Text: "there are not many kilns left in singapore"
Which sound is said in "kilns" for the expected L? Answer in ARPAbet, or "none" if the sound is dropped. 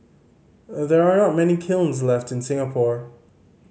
L